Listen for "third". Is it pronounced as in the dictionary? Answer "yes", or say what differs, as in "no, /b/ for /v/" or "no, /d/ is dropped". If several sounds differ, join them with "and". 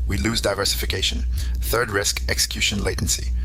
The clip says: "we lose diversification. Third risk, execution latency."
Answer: yes